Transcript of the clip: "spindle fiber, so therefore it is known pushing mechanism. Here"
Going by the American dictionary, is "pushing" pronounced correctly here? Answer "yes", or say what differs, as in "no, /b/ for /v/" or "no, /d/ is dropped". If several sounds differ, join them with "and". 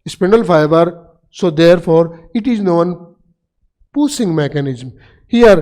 no, /s/ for /ʃ/